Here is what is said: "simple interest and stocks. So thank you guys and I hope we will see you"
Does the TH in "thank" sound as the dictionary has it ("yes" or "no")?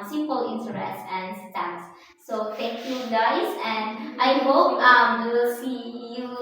no